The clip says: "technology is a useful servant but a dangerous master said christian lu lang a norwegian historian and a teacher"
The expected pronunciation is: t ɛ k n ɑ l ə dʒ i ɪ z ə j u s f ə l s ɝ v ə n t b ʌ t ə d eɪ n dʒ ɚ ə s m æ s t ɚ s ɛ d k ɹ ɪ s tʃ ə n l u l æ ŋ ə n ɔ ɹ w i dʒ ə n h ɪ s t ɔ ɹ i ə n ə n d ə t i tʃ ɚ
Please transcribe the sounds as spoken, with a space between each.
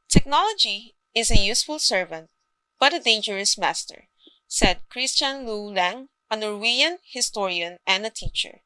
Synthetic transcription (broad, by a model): t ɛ k n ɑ l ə dʒ i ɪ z ə j u s f ə l s ɝ v ə n t b ʌ t ə d eɪ n dʒ ɚ ə s m æ s t ɚ s ɛ d k ɹ ɪ s tʃ ə n l u l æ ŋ ə n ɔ ɹ w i ə n h ɪ s t ɔ ɹ i ə n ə n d ə t i tʃ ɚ